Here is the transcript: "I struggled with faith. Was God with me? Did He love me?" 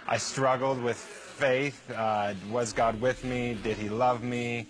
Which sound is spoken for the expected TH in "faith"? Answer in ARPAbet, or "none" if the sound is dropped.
TH